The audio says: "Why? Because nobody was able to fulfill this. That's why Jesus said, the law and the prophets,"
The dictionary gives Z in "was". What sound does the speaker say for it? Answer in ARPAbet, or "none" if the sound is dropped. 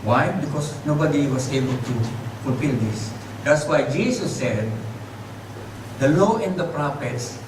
S